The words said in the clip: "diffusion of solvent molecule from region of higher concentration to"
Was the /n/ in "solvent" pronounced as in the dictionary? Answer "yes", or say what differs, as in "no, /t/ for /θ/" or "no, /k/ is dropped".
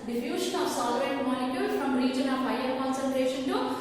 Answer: no, /n/ is dropped